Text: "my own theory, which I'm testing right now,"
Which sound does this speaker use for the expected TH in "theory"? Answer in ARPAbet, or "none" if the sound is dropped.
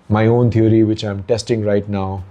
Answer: T